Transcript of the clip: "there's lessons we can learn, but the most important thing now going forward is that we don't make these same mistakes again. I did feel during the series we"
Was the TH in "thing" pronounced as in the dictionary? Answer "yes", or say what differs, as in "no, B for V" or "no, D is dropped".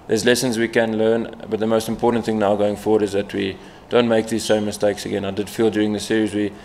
yes